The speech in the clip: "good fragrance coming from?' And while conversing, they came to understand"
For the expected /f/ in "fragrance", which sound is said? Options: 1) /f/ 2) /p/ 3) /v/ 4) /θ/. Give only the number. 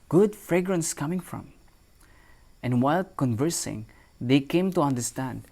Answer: 1